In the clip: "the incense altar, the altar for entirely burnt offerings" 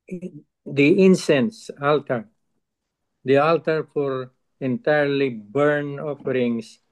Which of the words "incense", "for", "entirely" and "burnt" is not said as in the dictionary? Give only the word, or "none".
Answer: burnt